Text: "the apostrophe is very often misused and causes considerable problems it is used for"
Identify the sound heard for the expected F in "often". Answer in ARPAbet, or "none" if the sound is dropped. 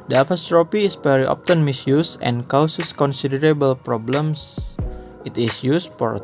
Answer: P